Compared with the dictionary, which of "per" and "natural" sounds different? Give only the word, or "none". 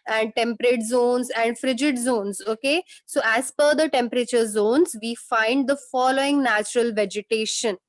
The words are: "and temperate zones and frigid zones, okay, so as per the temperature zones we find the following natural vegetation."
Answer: per